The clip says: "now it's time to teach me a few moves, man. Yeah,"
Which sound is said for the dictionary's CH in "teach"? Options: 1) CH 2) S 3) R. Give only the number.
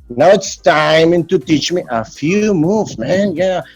1